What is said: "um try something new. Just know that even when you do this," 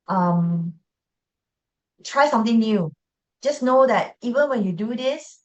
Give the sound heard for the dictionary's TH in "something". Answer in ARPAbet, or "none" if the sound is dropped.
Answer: T